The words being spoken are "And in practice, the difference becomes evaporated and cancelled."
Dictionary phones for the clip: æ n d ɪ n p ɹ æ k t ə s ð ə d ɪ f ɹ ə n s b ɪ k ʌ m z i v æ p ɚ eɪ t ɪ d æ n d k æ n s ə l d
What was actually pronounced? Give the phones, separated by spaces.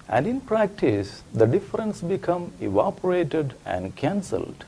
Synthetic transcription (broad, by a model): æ n d ɪ n p ɹ æ k t ə s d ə d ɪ f ɹ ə n s b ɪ k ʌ m i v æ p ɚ eɪ t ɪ d æ n d k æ n s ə l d